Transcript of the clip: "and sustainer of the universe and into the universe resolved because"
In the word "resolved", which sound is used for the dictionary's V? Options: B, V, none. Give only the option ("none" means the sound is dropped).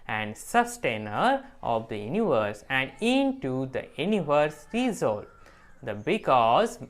none